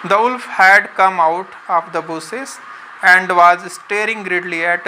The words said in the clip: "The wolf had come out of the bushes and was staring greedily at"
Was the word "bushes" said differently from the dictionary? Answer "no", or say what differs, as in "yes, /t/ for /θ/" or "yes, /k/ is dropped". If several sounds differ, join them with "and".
yes, /s/ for /ʃ/